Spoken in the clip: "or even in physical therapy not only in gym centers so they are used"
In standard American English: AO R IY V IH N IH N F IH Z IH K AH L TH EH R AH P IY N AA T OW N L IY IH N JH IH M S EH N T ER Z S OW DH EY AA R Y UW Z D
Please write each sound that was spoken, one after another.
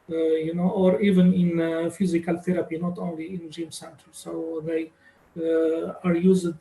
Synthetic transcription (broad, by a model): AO R IY V IH N IH N F IH Z IH K AH L TH EH R AH P IY N AA T OW N L IY IH N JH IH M S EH N T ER S OW DH EY AA R Y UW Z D